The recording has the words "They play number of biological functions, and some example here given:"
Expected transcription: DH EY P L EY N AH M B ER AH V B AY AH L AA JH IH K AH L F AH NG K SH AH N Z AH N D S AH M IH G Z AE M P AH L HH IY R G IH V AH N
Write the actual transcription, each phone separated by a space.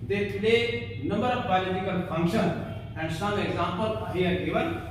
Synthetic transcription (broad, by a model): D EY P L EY N AH M B ER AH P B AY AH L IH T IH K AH L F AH NG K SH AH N AH N D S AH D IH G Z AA M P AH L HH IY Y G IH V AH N